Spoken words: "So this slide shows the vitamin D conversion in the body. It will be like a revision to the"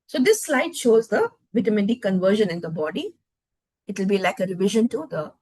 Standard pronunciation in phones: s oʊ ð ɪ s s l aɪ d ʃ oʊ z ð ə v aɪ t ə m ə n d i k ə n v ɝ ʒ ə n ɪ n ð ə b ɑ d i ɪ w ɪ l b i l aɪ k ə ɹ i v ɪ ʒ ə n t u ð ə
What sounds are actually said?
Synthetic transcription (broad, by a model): s oʊ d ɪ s s l aɪ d ʃ oʊ z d ə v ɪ t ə m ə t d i k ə n v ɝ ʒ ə n ɪ n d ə b ɑ d i ɪ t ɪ l b i l aɪ k ə ɹ i v ɪ ʒ ə n t u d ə